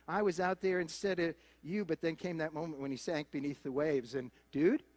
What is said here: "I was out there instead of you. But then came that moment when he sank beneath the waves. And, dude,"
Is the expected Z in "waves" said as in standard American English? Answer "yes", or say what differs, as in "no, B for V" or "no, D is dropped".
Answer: yes